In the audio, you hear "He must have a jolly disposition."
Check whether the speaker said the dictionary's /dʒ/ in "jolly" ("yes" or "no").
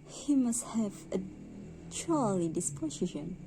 no